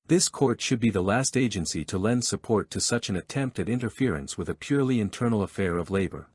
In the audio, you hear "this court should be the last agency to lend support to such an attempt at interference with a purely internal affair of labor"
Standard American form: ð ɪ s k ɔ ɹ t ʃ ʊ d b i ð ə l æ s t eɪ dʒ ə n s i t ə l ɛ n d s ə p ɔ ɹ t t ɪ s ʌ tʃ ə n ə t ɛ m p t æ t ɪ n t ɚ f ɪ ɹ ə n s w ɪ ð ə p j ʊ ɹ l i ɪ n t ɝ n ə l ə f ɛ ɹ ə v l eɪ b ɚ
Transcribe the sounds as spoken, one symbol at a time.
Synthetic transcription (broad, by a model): ð ɪ s k ɔ ɹ t ʃ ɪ d b i ð ə l æ s t eɪ dʒ ə n s i t ə l ɛ n d s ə p ɔ ɹ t t ɪ s ʌ tʃ ə n ə t ɛ m p t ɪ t ɪ n t ɚ f ɪ ɹ ə n s w ɪ ð ə p j ʊ ɹ l i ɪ n t ɝ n l ə f ɛ ɹ ə v l eɪ b ɚ